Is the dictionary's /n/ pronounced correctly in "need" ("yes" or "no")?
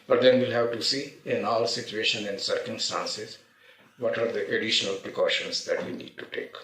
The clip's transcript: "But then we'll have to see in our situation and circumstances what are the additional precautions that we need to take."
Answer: yes